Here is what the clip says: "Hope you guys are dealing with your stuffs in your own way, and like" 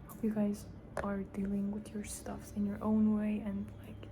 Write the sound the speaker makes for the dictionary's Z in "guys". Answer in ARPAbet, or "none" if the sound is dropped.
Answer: Z